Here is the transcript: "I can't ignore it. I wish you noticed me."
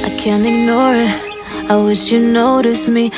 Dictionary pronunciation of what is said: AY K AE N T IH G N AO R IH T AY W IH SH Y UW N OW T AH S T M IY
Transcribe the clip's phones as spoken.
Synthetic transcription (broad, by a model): AY K AE N T IH G N AO R IH T AY W IH SH Y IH N OW T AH S M IY